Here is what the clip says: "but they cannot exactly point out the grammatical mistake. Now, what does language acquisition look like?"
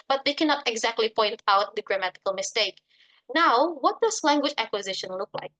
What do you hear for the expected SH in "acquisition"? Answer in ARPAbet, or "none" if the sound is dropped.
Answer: SH